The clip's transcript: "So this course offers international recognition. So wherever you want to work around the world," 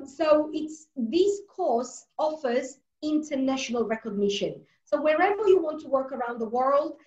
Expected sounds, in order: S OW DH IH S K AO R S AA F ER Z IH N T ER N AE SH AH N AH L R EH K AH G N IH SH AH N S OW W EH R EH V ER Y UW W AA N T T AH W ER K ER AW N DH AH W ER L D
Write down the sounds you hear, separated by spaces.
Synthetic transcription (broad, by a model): S OW DH IH S K AO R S AA F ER Z IH N T ER N AE SH AH N AH L R EH K AH G N IH SH AH N S OW W EH R EH V ER Y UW W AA N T T AH W ER K ER AW N DH AH W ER L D